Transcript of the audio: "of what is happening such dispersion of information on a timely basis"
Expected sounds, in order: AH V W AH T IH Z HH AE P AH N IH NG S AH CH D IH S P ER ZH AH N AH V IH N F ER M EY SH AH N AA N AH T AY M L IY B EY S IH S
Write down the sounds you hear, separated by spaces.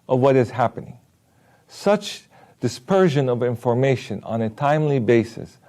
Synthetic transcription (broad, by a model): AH V W AH T IH Z HH AE P AH N IH NG S AH CH D IH S P ER ZH AH N AH V IH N F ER M EY SH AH N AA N AH T AY M L IY B EY S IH S